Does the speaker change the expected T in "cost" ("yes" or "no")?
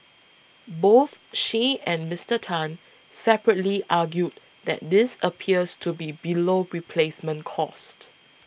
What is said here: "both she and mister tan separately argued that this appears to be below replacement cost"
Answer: no